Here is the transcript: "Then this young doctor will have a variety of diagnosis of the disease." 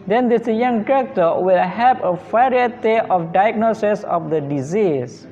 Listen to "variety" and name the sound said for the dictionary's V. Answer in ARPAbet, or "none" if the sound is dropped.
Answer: F